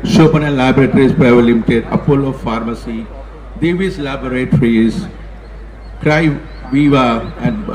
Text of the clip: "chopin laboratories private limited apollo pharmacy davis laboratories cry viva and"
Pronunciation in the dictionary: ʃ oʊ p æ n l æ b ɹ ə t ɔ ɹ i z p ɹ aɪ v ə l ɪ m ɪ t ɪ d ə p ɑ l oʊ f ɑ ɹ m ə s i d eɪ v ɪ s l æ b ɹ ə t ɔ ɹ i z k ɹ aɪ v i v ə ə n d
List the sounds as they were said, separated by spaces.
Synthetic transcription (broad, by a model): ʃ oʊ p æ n l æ b ɹ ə t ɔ ɹ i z p ɹ aɪ v ə l ɪ m ɪ t ɪ d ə f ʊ l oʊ f ɑ ɹ m ə s i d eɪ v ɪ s l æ b ɹ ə t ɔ ɹ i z k ɹ aɪ v i v ə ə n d